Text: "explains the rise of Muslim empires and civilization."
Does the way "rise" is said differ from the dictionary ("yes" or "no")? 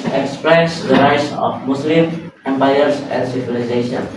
yes